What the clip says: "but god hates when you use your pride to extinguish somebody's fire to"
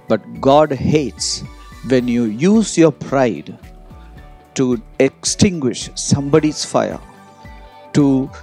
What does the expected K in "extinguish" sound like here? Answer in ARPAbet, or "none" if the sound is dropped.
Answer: K